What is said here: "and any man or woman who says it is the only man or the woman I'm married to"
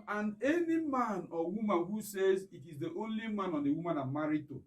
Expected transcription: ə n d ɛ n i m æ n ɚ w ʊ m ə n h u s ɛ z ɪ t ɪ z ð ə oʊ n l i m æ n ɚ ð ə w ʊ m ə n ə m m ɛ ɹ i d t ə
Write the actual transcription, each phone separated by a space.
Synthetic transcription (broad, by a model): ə n ɛ n i m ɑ n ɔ w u m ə n h u s ɛ z ɪ t ɪ z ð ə oʊ n l i m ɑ n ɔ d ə w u m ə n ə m m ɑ ɹ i t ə